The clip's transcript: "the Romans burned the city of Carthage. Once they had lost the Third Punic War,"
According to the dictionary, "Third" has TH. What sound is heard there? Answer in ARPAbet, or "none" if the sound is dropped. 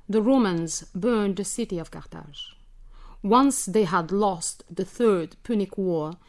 TH